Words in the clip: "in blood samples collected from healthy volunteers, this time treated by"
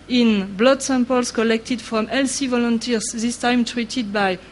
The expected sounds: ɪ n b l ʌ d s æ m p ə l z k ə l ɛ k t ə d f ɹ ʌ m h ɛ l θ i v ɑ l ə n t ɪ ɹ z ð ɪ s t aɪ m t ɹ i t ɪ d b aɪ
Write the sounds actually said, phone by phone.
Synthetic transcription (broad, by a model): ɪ n b l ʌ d s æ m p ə l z k ə l ɛ k t ə d f ɹ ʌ m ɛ l s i v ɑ l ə n t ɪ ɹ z ð ɪ s t aɪ m t ɹ i t ɪ d b aɪ